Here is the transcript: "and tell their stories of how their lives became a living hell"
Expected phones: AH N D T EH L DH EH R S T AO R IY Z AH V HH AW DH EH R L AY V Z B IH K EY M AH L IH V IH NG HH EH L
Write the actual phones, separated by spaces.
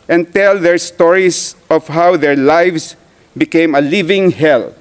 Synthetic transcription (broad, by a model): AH N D T EH L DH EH R S T AO R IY S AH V HH AW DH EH R L AY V S B IH K EY M AH L IH V IH NG HH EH L